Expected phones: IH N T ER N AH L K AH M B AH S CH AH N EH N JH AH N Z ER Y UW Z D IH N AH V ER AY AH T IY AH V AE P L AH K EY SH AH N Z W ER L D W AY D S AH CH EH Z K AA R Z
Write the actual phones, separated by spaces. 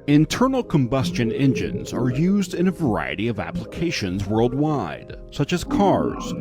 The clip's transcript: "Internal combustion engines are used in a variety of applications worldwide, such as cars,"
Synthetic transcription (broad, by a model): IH N T ER N L K AH M B AH S CH AH N EH N JH AH N Z ER Y UW Z D IH N AH V ER AY AH T IY AH V AE P L AH K EY SH AH N Z W ER L D W AY D S AH CH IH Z K AA R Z